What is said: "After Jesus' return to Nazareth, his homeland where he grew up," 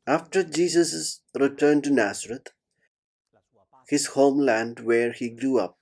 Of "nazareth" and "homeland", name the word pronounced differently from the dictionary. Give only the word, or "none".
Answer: nazareth